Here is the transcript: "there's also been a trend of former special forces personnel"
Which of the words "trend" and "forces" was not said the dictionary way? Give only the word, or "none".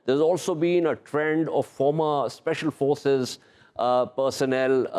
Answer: none